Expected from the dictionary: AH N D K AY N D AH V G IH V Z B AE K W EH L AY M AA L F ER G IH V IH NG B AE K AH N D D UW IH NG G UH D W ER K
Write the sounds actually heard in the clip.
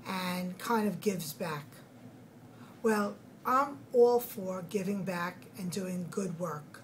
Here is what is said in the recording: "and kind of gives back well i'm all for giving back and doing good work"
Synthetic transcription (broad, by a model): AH N K AY N D AH V G IH V Z B AE K W EH L AY M AA L F ER G IH V IH NG B AE K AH N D D UW IH NG G UH D W ER K